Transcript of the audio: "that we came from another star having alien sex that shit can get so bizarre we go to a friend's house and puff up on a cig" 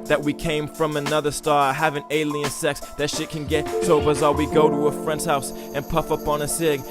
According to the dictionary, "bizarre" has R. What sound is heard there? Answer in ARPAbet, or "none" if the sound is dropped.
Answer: L